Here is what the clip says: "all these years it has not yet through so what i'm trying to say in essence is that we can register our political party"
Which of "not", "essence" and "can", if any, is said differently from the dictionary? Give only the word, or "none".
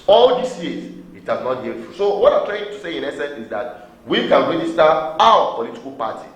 none